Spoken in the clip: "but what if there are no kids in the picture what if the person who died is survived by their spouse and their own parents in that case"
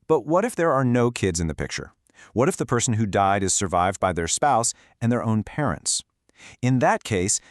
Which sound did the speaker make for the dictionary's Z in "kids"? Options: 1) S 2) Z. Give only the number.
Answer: 2